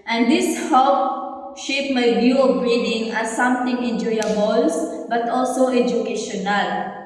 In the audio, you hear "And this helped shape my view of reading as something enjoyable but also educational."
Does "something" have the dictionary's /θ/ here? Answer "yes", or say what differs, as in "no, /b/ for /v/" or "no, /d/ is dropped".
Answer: no, /t/ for /θ/